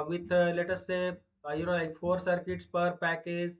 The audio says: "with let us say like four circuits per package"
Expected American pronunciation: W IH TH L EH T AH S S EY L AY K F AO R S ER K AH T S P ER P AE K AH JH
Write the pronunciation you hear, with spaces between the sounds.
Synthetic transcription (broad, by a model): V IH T L EH T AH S S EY L AY K F AO R S ER K AH T S P ER P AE K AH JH